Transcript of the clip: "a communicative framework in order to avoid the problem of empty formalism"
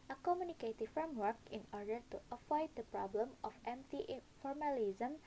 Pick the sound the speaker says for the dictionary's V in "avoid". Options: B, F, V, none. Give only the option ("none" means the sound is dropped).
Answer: F